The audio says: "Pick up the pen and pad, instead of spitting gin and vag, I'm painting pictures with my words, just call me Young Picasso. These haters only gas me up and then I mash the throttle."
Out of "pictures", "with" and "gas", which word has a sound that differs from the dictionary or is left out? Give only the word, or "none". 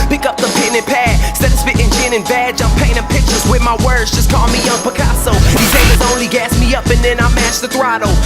none